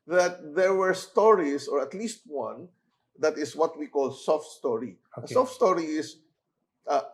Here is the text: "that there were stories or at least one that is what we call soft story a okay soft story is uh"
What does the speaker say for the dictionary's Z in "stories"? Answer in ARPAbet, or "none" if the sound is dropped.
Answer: S